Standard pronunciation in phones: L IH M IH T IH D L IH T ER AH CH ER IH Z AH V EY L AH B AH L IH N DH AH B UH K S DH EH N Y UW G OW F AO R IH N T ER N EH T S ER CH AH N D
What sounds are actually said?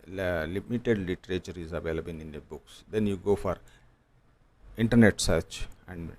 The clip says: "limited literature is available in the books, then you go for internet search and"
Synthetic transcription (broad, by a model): L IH M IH T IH D L IH T ER AH CH ER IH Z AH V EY L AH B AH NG IH N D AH B UH K S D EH N Y UW G OW F AO R IH N T ER N EH T S ER CH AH N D